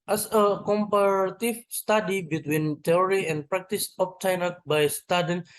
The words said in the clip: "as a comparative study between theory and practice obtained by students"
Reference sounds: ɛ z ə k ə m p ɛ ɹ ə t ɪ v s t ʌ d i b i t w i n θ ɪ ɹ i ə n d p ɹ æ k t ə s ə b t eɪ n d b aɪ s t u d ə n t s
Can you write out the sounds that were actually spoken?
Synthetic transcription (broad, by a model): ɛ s ə k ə m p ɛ ɹ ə t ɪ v s t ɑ d i b i t w i n t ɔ ɹ i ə n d p ɹ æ k t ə s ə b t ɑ n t b aɪ s t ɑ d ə n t